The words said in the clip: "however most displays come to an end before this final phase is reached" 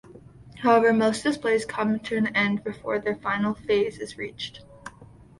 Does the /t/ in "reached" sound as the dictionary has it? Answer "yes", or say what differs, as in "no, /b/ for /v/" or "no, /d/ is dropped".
yes